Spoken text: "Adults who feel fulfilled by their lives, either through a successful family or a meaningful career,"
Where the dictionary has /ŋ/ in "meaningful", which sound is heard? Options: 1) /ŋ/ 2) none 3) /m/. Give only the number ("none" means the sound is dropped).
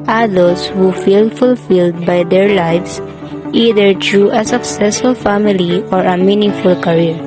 1